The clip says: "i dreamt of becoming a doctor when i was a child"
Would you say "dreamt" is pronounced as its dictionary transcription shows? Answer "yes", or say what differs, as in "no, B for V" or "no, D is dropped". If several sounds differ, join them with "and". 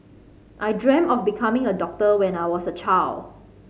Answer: no, T is dropped